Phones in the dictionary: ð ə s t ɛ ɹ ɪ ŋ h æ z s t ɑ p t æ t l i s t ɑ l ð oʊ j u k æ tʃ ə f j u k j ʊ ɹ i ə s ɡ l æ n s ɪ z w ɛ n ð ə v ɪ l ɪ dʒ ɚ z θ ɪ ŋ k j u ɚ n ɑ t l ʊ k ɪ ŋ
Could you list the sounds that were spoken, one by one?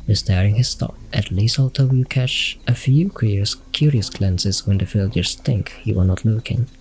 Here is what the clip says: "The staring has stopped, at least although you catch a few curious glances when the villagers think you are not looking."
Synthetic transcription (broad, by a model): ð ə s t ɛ ɹ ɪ ŋ h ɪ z s t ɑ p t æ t l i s ɑ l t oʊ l k æ tʃ ə f j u k j ʊ ɹ i ə s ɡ l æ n s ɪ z w ɛ n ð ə f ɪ l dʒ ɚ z θ ɪ ŋ k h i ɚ n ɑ t l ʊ k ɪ ŋ